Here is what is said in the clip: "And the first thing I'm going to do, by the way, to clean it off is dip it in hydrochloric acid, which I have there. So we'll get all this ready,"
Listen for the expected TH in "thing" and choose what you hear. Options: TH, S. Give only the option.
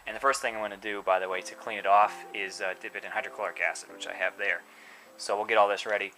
TH